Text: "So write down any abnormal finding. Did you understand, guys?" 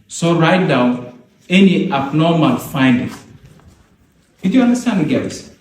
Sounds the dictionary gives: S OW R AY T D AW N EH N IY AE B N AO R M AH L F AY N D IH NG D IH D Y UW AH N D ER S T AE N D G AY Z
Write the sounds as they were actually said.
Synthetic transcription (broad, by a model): S OW R AY T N AW EH N IY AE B N AO M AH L F AY N D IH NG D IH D Y UW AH N D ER S T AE N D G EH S